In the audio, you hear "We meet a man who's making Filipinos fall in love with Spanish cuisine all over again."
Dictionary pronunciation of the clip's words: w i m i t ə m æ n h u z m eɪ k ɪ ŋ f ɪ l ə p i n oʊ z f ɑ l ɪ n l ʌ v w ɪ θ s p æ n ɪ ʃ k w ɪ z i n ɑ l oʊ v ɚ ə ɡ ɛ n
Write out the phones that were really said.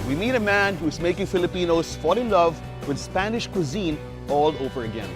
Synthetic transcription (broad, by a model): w i m i t ə m æ n h u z m eɪ k ɪ ŋ f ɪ l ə p i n oʊ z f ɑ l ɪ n l ʌ v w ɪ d s p æ n ɪ ʃ k w ɪ z i n ɑ l oʊ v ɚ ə ɡ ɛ n